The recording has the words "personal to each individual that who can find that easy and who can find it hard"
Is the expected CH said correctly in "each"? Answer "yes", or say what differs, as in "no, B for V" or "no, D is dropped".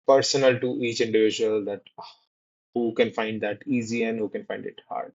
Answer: yes